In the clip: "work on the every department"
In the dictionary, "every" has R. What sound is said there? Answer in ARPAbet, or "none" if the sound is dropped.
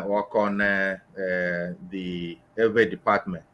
none